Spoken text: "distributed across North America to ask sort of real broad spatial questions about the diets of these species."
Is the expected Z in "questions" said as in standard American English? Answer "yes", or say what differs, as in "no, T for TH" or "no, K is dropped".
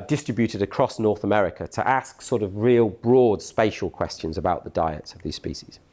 yes